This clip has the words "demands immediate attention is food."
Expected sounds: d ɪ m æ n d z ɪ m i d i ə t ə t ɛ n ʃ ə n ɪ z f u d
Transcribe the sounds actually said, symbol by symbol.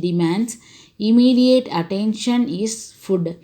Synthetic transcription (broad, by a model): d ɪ m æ n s ɪ m i d i ə t ə t ɛ n ʃ ə n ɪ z f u d